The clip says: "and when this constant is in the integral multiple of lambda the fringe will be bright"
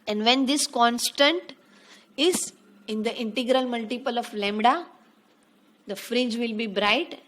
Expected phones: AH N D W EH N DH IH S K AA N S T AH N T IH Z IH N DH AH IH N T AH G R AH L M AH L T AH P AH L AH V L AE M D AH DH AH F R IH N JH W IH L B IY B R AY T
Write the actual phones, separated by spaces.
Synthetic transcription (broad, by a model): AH N D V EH N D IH S K AA N S T AH N T IH Z IH N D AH IH N T AH G R AH L M AH L T AH P AH L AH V L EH M D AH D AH F R IH N JH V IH L B IY B R AY T